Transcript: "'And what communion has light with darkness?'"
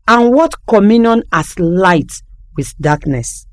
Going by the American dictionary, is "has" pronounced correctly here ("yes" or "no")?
no